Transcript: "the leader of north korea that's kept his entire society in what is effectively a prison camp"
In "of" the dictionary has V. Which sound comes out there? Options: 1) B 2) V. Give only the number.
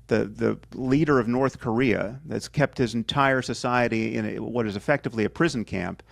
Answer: 2